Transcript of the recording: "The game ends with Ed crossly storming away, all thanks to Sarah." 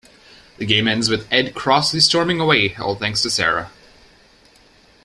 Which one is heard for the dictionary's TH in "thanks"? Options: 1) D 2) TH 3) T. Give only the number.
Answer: 2